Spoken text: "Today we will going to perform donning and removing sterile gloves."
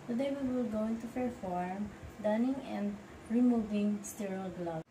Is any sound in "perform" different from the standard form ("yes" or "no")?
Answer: yes